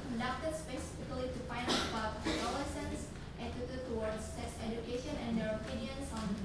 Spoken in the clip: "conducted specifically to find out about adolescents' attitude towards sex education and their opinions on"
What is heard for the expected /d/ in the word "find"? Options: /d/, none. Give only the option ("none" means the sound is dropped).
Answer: none